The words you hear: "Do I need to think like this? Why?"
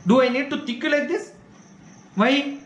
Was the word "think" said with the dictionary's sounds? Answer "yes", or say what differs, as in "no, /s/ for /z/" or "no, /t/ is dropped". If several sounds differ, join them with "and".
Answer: no, /t/ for /θ/ and /ŋ/ is dropped